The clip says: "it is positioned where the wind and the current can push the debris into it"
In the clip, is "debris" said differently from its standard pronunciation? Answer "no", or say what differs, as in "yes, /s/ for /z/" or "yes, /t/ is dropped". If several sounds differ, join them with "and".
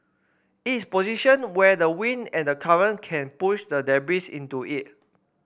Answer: yes, /ɹ/ is dropped